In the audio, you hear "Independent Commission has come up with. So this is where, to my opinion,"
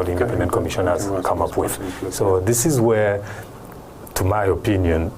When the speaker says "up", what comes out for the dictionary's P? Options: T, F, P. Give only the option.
P